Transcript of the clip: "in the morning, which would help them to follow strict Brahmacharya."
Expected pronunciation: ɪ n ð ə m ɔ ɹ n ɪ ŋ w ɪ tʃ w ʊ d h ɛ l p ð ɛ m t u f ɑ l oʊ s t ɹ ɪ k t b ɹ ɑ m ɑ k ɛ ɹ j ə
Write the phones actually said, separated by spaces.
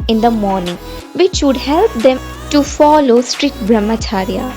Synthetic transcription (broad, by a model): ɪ n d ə m ɔ ɹ n ɪ ŋ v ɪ tʃ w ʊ d h ɛ l p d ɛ m t u f ɑ l oʊ s t ɹ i t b ɹ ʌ m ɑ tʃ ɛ ɹ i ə